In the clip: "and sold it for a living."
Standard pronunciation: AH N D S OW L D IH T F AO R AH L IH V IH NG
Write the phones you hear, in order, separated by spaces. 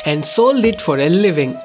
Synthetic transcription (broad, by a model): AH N D S OW L IH T F AO R AH L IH V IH NG